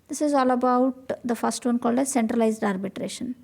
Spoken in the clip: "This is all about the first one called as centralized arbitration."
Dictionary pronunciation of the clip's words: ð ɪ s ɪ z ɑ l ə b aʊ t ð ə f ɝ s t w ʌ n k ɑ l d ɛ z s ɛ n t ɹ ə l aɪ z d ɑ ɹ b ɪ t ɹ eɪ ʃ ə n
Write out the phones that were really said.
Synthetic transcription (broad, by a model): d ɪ s ɪ z ɑ l ə b aʊ t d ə f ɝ s t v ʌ n k ɑ l d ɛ s ɛ n t ɹ ə l aɪ z d ɑ ɹ b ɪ t ɹ eɪ ʃ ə n